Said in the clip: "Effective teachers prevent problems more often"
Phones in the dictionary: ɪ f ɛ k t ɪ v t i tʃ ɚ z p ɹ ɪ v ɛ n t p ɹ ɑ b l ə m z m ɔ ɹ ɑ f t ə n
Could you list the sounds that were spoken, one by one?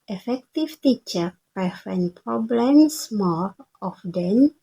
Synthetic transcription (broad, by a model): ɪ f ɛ k t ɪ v t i tʃ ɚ p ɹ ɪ f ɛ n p ɹ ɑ b l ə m s m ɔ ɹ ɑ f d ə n